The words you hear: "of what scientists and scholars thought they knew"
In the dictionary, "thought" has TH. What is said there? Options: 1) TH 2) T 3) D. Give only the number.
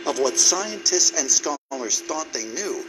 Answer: 1